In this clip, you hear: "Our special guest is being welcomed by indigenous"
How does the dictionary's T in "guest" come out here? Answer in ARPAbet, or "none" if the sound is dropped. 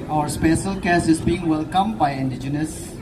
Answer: none